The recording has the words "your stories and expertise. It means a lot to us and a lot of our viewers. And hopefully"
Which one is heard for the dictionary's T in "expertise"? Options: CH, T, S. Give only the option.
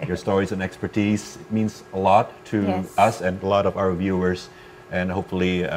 T